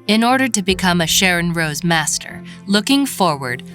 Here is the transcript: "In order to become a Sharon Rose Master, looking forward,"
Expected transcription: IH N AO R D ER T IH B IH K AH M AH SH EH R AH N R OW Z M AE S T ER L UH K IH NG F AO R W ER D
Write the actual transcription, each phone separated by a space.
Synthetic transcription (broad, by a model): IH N AO R D ER T IH B IH K AH M AH SH EH R AH N R OW Z M AE S T ER L UH K IH NG F AO R W ER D